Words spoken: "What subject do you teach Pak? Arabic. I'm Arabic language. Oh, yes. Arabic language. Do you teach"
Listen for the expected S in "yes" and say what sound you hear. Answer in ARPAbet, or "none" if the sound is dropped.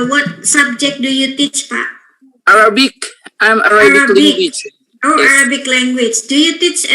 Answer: none